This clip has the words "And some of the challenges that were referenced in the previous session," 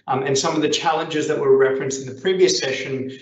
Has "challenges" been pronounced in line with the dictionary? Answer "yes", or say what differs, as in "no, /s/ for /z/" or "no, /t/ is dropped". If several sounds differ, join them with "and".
yes